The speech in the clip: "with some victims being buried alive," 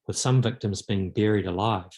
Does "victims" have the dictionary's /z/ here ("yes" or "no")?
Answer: yes